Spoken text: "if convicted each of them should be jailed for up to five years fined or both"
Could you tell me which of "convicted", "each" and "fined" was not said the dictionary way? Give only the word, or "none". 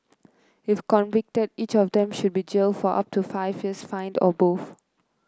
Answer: none